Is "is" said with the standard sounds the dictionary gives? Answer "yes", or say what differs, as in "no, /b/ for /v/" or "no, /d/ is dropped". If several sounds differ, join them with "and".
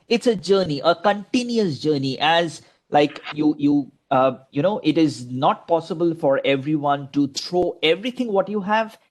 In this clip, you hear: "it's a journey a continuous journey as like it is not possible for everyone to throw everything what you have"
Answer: yes